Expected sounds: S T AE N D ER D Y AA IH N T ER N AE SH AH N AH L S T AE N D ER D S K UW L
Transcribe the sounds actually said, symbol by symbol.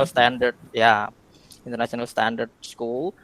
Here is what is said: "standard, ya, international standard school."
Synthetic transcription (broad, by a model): S T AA N D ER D Y AA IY N T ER N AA S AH N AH L S T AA N D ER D S K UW L